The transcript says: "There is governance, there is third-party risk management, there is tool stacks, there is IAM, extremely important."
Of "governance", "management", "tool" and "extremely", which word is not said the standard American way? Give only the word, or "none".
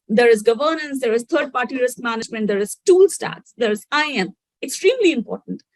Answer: none